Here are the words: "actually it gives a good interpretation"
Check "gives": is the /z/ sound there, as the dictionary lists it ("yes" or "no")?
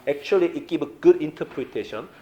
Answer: no